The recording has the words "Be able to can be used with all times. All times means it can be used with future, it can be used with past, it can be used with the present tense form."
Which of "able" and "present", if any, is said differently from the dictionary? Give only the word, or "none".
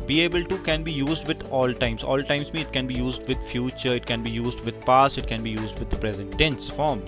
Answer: none